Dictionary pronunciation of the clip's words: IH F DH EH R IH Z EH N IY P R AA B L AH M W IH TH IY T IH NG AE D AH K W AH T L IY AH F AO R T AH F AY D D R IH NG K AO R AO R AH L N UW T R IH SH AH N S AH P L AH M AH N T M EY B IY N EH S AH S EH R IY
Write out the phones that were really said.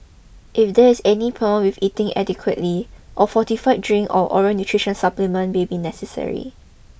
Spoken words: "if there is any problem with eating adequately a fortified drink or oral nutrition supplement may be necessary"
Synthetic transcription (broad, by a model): IH F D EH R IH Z EH N IY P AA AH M W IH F IY T IH NG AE D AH K W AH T L IY AH F AO T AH F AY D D R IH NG AO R AO R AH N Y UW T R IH SH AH N S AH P L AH M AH N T M EY B IY N EH S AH S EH R IY